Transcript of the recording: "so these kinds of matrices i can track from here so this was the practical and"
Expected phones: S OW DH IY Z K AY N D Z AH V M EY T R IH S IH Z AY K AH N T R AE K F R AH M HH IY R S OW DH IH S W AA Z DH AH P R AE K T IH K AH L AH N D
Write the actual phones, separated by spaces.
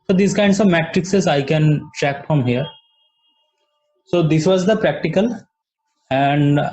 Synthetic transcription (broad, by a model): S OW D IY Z K AY N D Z AH V M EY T R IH S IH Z AY K AH N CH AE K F R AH M HH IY R S OW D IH S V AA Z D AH P R AE K T IH K AH L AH N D